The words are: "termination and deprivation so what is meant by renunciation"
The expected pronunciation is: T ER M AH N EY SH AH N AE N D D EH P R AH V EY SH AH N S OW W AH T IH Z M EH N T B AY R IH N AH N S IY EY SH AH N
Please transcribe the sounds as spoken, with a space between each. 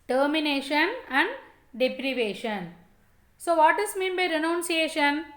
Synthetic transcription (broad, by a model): T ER M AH N EY SH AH N AE N D D EH P R AH V EY SH AH N S OW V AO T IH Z M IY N B AY R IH N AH N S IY EY SH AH N